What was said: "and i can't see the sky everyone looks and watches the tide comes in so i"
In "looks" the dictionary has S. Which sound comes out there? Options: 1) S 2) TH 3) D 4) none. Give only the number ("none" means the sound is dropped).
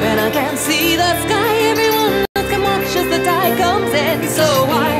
4